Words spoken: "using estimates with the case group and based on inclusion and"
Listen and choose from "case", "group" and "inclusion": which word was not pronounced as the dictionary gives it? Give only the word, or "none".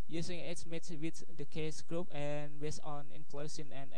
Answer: inclusion